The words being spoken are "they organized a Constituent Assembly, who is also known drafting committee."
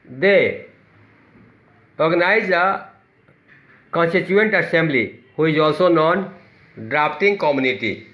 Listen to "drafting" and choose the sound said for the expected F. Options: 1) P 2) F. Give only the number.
1